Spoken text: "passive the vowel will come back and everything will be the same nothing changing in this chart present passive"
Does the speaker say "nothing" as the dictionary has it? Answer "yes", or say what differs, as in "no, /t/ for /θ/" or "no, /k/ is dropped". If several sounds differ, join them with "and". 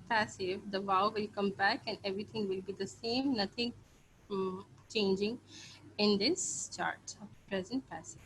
no, /t/ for /θ/